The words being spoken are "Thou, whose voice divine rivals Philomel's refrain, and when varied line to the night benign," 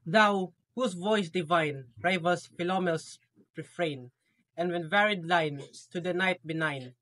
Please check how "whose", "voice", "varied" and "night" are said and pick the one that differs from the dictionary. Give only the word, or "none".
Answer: whose